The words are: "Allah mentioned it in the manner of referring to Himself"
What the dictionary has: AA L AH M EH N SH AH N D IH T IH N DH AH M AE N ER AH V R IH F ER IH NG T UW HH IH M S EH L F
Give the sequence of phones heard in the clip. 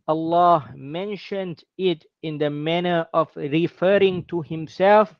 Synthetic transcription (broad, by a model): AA L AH M EH N SH AH N D IH T IH N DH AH M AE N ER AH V R IH F ER IH NG T UW HH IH M S EH L F